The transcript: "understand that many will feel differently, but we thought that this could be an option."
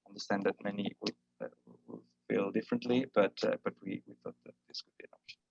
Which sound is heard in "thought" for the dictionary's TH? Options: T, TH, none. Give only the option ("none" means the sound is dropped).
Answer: TH